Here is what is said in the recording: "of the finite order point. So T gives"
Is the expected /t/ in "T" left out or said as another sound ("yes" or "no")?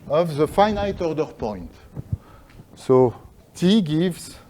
no